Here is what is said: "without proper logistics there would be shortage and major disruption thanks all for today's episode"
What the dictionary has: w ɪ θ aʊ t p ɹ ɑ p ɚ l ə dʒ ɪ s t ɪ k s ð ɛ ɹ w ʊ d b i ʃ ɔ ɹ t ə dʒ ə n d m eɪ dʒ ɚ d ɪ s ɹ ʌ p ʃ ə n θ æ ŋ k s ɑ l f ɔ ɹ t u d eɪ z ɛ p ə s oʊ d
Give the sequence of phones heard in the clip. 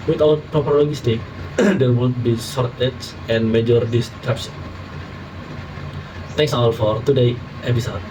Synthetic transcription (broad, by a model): w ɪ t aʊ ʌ p ɹ ɑ p ɚ l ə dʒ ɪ s t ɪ k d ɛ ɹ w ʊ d b i s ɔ ɹ t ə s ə n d m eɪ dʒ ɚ d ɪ s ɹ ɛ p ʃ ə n t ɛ ŋ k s ɑ l f ɔ ɹ t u d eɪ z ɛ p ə s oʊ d